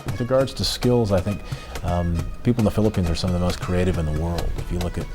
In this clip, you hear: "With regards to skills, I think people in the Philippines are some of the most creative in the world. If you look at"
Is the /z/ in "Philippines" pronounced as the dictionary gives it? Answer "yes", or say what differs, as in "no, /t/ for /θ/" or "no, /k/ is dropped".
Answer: yes